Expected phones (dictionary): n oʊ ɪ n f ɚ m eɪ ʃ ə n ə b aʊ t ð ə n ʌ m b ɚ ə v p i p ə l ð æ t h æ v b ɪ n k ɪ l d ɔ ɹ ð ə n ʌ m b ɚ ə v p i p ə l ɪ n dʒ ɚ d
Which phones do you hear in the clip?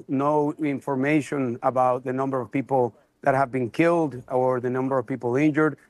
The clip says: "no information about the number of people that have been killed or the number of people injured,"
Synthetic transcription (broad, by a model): n oʊ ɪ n f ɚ m eɪ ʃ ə n ə b aʊ t ð ə n ʌ m b ɚ ə v p i p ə l ð æ t h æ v b ɪ n k ɪ l d ɔ ɹ ð ə n ʌ m b ɚ ə v p i p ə l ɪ n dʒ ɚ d